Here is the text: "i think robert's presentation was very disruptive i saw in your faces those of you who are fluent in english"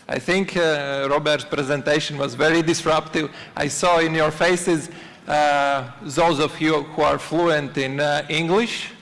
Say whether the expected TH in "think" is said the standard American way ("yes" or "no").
yes